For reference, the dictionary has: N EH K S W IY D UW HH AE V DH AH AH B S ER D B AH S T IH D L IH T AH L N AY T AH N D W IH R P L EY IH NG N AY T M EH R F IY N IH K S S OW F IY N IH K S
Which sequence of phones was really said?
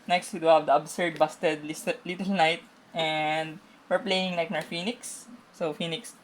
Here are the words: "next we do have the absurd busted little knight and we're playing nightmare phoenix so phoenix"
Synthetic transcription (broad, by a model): N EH K S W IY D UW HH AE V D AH AH B S ER D B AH S T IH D L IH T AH L N AY T AH N D W IH R P L EY IH NG L AY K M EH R F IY N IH K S S OW F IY N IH K S